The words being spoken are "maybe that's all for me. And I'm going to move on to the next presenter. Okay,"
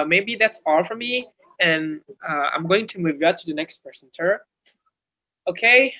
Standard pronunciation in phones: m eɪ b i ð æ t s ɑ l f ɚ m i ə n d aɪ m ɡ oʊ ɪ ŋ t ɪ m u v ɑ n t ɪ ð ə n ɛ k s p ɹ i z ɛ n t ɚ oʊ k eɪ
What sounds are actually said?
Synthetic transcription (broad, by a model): m eɪ b i ð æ t s ɑ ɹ f ɚ m i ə n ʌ aɪ m ɡ oʊ ɪ ŋ t ɪ m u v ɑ t ɪ ð ə n ɛ k s p i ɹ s n s ɚ oʊ k eɪ